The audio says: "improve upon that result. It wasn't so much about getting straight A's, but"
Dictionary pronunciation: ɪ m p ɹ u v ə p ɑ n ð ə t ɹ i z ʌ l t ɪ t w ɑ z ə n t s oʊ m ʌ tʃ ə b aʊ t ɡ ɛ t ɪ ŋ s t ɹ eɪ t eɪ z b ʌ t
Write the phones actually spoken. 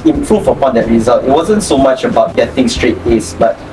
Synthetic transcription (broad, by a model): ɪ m p ɹ u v ə p ɑ n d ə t ɹ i z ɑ l t ɪ t w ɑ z ə n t s oʊ m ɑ tʃ ə b aʊ t ɡ ɛ t ɪ ŋ s t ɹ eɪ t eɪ s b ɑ t